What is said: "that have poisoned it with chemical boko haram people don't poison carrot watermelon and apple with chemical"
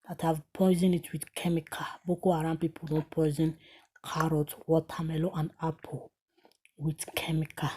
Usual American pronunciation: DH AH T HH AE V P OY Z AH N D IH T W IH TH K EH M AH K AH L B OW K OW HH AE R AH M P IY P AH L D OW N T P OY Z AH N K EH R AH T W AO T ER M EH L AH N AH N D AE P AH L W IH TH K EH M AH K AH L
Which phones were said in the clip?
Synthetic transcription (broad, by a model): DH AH T HH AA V P OY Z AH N IH T W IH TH K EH M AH K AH B OW K OW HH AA R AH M P IY P AH L D OW N T P OY Z AH N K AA R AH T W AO T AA M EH L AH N AH N D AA P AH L W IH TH K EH M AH K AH